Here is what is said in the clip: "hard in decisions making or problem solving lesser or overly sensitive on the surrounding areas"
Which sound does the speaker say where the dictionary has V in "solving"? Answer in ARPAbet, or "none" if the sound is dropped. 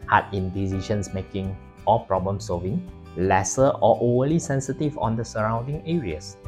V